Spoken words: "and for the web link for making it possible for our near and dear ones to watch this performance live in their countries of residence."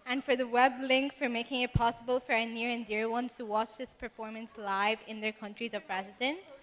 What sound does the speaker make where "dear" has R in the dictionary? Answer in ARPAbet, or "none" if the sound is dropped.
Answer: R